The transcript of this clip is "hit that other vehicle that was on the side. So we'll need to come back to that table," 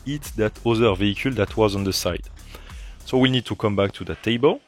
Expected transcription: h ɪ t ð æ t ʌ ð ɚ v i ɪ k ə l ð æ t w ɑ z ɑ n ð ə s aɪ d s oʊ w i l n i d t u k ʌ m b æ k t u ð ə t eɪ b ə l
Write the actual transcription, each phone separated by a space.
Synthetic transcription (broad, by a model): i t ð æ t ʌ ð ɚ v i ɪ k ə l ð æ t w ɑ z ɑ n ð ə s aɪ d s oʊ w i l n i d t u k ʌ m b æ k t u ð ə t eɪ b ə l